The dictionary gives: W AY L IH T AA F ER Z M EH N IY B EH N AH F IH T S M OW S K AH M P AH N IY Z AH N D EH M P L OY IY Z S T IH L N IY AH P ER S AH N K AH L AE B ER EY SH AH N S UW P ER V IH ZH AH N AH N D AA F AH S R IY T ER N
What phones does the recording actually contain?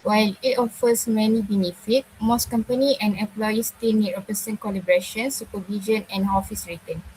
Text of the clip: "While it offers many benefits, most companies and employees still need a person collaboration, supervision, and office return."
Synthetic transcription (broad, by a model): W AY L IH T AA F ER S M EH N IY B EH N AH F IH T M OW S K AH M P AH N IY AH N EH M P L OY IY S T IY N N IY AH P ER S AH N K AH L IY B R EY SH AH N S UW P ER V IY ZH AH N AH N AA F AH S R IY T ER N